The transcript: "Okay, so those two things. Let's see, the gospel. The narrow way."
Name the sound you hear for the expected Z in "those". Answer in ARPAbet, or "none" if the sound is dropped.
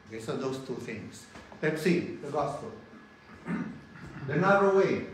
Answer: S